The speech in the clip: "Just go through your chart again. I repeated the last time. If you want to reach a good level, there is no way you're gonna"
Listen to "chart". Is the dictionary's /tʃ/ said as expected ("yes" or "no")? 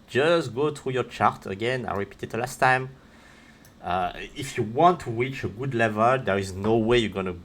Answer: yes